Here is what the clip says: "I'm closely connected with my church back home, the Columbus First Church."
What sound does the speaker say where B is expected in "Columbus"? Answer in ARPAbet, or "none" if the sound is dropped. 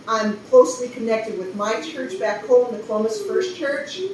none